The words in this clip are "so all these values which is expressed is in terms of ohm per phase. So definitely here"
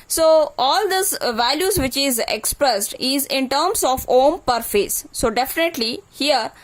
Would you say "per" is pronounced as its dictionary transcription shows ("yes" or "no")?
yes